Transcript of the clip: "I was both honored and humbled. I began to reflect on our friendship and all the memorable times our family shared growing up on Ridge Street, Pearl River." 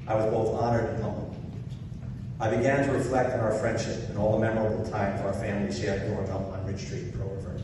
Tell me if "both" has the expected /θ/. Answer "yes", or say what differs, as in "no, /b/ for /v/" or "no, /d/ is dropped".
yes